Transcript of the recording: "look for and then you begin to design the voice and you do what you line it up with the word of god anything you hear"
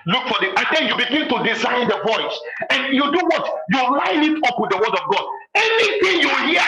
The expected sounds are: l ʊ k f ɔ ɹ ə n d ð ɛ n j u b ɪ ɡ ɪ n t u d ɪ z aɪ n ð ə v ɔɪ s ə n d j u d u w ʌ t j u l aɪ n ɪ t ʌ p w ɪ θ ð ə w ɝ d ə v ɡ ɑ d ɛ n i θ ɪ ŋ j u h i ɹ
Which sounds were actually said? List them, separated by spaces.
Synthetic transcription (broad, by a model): l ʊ k f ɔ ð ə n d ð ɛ n j u b ɪ ɡ ɪ n t u d ɪ z aɪ n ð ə v ɔɪ s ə n j u d u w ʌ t j u l aɪ n ɪ t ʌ p w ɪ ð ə w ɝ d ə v ɡ ɑ d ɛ n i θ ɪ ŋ j u h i